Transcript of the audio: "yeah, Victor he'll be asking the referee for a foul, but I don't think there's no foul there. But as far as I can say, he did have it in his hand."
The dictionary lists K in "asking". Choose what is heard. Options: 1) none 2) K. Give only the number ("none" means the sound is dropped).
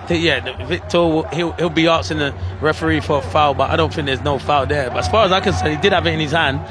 1